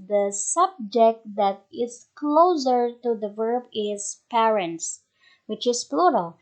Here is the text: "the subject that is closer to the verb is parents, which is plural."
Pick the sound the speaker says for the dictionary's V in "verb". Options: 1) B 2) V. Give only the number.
2